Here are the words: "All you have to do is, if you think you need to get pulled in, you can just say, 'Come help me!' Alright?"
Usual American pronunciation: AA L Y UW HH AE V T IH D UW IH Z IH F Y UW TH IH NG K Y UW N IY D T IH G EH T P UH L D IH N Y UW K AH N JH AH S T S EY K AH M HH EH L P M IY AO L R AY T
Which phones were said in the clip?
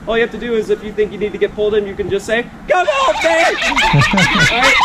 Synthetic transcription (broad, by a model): AA L Y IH HH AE F T IH D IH IH Z IH F Y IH TH IH NG K Y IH N IY D T IH G EH T P UH L D IH N Y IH K AH N JH AH S T S EY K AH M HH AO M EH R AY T